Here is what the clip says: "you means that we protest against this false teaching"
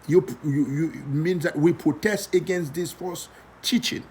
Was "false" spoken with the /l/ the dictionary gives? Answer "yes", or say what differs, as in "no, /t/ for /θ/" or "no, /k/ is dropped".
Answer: no, /l/ is dropped